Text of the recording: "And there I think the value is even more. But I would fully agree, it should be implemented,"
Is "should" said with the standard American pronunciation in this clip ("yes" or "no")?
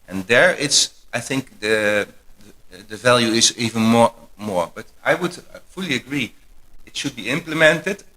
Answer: yes